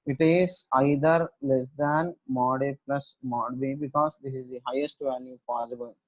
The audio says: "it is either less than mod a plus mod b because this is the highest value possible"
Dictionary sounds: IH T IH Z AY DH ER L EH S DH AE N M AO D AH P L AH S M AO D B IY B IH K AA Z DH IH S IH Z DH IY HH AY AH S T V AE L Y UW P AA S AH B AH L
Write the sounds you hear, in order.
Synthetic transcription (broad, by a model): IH T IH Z AY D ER L EH S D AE N M AO D AH P L AH S M AO D B IY B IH K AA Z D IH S IH Z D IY HH AY AH S T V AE N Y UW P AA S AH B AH L